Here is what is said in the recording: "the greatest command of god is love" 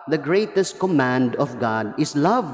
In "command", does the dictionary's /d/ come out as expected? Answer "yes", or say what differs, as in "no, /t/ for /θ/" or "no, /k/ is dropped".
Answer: yes